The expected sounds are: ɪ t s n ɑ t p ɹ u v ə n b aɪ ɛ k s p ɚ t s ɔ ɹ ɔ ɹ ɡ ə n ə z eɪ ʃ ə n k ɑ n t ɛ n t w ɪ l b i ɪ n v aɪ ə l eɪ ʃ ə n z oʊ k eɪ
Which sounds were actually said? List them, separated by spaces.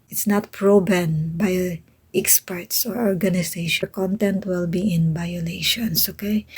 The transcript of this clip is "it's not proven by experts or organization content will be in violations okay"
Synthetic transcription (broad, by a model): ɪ t s n ɑ t p ɹ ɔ b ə n b aɪ ɛ k s p ɚ t s ɔ ɹ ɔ ɹ ɡ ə n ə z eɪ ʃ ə k ɑ n t ɛ n t w ɪ l b i ɪ n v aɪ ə l eɪ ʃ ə n s oʊ k eɪ